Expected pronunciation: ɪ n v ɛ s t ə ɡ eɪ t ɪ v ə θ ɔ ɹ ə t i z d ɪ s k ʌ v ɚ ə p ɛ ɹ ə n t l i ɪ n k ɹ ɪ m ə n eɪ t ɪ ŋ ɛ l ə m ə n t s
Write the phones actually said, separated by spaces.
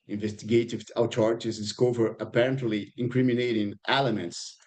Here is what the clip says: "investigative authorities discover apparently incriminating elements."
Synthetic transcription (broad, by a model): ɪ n v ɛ s t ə ɡ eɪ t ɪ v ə t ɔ ɹ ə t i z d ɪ s k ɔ v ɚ ə p ɛ ɹ ə n t l i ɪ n k ɹ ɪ m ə n eɪ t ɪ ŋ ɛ l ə m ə n t s